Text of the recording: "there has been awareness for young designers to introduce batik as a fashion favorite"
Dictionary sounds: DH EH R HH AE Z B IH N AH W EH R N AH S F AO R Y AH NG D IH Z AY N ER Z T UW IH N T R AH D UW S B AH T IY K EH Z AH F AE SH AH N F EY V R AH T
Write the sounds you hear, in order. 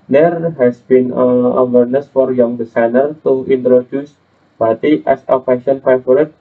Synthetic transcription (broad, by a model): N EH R HH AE S B IH N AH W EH R N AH S F AO R Y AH NG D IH S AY N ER T UW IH N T R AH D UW S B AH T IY EH S AH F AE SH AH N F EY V R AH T